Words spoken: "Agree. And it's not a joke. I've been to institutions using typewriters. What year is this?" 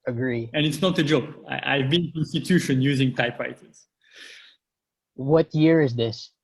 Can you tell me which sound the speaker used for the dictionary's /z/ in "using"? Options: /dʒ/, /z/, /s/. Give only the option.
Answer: /z/